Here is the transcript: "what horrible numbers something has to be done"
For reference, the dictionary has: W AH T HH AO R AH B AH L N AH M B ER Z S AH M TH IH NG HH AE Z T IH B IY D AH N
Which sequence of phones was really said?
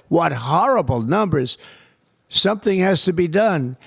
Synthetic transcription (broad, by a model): W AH T HH AO R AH B L N AH M B ER Z S AH M TH IH NG HH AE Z T IH B IY D AH N